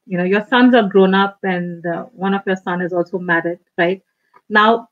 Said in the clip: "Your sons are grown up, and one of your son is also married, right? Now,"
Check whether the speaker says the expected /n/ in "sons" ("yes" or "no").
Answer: yes